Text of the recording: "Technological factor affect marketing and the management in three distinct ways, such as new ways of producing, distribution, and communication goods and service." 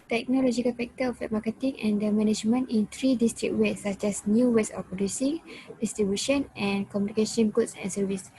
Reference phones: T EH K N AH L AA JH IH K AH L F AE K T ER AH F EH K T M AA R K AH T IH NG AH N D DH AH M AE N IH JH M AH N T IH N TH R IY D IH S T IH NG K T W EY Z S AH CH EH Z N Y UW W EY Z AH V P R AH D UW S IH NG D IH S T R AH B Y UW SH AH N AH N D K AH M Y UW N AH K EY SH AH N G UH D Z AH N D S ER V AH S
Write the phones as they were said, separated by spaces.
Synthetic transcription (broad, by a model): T EH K N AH L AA JH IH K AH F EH K T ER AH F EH T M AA K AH T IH NG AH N D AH M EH N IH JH M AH N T IH N T R IY D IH S T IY K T W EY S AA CH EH S N Y UW W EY S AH P R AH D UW S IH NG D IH S T R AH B Y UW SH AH N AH N K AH M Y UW N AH K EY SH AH N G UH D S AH N S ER V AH S